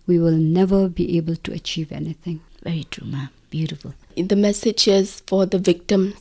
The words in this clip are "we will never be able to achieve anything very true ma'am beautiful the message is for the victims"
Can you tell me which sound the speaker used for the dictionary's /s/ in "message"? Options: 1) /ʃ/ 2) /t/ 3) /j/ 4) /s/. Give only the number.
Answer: 4